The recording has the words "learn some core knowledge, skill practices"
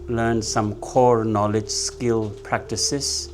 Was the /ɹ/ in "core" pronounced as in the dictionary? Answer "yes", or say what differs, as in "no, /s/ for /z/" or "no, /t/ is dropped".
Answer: yes